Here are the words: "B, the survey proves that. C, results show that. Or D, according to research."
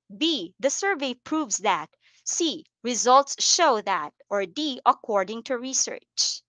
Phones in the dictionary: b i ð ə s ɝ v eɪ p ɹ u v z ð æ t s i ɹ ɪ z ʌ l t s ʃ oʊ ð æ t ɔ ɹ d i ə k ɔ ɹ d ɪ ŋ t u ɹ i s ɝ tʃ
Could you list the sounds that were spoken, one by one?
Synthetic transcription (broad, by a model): b i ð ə s ɝ v eɪ p ɹ u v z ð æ t s i ɹ ɪ z ʌ l t s ʃ oʊ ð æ t ɔ ɹ d i ə k ɔ ɹ d ɪ ŋ t u ɹ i s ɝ tʃ